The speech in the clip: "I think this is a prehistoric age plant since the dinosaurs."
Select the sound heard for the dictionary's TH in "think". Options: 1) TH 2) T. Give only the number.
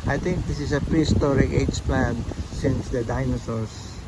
2